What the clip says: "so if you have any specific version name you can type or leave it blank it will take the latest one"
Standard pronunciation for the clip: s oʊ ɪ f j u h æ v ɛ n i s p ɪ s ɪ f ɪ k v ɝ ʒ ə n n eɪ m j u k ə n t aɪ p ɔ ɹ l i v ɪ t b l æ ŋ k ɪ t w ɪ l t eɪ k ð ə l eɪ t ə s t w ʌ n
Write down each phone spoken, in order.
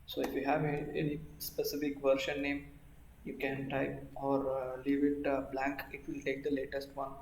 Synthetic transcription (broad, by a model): s oʊ ɪ f j u h æ v ɛ n i s p ɪ s ɪ f ɪ k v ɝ ʃ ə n n eɪ m j u k ə n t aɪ ɔ ɹ l i v ɪ t b l æ ŋ k ɪ t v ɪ l t eɪ k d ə l eɪ t ə s t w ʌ n